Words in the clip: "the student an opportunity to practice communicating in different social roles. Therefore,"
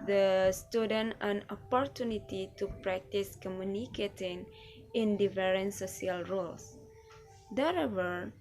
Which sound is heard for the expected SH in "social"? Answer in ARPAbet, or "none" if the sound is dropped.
S